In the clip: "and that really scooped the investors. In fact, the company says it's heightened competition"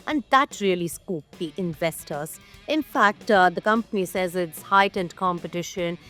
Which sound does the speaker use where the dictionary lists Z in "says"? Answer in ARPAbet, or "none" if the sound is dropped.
Z